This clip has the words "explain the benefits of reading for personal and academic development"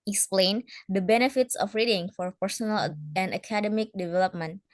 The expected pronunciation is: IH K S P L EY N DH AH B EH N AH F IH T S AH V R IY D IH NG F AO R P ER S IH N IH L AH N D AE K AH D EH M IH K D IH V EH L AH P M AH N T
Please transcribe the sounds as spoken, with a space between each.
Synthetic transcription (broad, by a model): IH K S P L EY N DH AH B EH N AH F IH T S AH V R IY D IH NG F AO R P ER S IH N IH L AH N D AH K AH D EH M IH K D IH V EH L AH P M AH N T